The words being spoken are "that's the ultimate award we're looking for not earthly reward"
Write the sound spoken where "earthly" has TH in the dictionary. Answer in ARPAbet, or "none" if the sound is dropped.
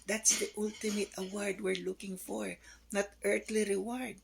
T